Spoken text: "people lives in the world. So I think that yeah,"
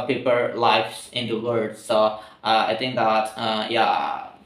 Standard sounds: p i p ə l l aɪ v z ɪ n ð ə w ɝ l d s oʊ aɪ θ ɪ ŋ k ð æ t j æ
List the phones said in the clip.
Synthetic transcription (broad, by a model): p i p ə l l aɪ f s ɪ n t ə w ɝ d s oʊ aɪ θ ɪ ŋ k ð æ t j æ